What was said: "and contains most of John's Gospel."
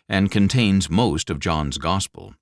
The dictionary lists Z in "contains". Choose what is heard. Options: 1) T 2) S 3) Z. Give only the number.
3